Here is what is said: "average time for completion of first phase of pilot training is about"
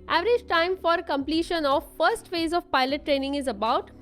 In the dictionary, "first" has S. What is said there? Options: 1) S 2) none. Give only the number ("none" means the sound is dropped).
1